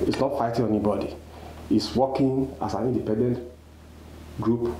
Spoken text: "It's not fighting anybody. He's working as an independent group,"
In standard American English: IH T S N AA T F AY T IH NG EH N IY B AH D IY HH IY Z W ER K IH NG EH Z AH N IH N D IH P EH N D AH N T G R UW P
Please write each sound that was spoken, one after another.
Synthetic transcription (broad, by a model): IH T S N AA T F AY T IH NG EH N IY B AH D IY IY S W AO K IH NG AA S AH N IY N D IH P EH N D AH N T G R UW P